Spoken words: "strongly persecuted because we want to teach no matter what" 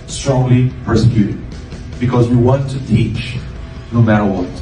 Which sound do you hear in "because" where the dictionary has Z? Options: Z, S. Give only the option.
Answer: Z